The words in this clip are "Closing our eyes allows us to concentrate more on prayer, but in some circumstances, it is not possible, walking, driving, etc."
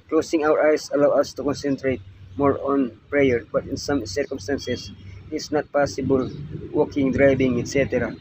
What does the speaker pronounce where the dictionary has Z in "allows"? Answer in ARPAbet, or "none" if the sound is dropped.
none